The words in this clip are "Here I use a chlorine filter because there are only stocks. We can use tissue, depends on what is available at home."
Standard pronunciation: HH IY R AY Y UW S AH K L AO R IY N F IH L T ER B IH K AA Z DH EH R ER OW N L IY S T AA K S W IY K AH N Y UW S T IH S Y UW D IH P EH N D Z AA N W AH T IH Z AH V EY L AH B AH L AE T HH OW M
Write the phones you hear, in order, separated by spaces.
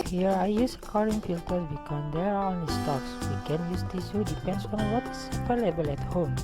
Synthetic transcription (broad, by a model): HH IY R AY Y UW S AH K AO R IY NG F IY L T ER B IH K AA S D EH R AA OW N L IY S T AA K S W IY K AH N Y UW S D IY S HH UW D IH P EH N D S AA N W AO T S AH P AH L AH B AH L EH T HH OW M